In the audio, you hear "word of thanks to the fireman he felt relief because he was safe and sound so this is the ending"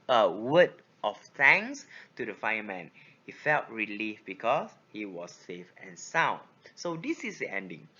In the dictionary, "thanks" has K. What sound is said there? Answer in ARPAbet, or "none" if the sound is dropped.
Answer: none